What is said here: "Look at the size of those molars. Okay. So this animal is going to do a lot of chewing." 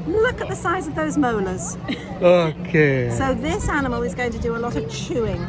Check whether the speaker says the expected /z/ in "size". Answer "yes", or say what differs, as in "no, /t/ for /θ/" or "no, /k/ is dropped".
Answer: yes